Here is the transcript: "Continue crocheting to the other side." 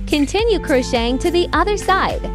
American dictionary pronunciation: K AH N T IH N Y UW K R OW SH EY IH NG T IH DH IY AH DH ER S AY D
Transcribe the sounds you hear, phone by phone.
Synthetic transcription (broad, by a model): K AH N T IH N Y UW K R OW SH EY IH NG T IH DH IY AH DH ER S AY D